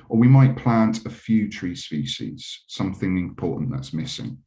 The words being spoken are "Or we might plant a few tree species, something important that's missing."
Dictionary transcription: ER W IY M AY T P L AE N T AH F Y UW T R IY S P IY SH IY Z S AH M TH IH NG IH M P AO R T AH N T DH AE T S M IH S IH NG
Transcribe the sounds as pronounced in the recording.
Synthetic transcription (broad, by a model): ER W IY M AY T P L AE N T AH F Y UW T R IY S P IY SH IY Z S AH M TH IH NG IH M P AO T N DH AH T S M IH S IH NG